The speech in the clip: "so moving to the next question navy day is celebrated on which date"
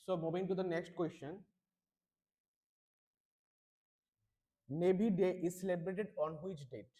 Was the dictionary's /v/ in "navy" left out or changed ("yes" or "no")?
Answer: yes